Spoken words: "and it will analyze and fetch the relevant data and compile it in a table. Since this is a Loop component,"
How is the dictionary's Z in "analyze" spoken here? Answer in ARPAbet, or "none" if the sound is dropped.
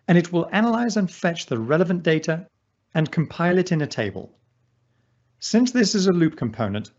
Z